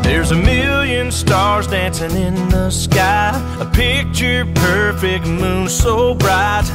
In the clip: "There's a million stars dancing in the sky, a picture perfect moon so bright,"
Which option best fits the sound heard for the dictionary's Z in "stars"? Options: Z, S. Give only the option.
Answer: Z